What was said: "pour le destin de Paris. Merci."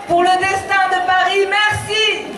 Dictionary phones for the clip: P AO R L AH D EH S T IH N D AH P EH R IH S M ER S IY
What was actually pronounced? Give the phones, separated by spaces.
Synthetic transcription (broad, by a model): P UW R L AH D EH S T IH D AH P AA R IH M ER S IY